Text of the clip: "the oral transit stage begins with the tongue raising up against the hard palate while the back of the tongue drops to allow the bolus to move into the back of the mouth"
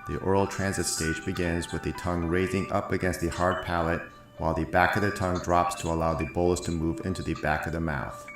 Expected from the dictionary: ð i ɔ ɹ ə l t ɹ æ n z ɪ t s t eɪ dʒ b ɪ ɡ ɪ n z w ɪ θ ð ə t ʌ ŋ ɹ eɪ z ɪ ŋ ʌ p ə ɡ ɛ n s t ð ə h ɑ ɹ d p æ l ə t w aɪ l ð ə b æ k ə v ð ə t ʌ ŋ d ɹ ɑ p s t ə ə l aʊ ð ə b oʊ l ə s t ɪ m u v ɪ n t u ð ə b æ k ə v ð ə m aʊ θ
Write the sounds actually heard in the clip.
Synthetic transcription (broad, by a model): ð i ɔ ɹ l t ɹ æ n z ɪ t s t eɪ dʒ b ɪ ɡ ɪ n z w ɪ ð ə t ʌ ŋ ɹ eɪ z ɪ ŋ ʌ p ə ɡ ɛ n s t ð ə h ɑ ɹ d p æ l ə t w aɪ l ð ə b æ k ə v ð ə t ʌ ŋ d ɹ ɑ p s t ə ə l aʊ ð ə b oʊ l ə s t ɪ m u v ɪ n t u ð ə b æ k ə v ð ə m aʊ θ